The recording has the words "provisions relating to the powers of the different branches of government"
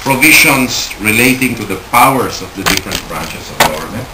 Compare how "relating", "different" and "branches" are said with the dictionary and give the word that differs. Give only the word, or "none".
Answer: branches